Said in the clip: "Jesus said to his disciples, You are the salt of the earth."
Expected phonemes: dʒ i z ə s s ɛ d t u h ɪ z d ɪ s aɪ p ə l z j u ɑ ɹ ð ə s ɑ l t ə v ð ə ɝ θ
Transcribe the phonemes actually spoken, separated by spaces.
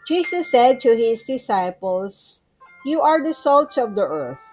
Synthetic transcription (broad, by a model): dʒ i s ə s s ɛ d t u h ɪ s d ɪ s aɪ p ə l s j u ɑ ɹ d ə s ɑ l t ə v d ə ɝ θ